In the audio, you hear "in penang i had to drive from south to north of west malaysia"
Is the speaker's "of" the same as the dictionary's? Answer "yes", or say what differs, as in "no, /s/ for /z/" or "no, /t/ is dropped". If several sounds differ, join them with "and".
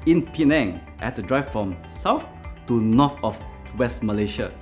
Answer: no, /f/ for /v/